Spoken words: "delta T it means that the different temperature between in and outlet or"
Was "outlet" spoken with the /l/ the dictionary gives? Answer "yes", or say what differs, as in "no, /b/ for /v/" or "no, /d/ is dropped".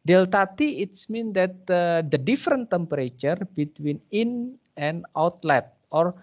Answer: yes